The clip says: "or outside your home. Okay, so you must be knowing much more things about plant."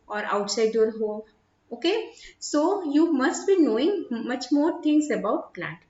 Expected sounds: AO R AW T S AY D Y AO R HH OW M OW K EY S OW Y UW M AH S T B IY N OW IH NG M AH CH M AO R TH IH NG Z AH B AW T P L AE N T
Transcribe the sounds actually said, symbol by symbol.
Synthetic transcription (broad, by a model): AO R AW T S AY D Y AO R HH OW OW K EY S OW Y UW M AH S T B IY N OW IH NG M AH CH M AO R T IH NG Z AH B AW T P L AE N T